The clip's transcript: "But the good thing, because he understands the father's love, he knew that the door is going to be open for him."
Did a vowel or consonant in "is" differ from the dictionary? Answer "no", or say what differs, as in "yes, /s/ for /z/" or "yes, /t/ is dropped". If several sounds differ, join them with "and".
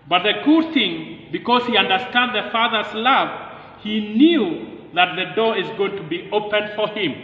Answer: no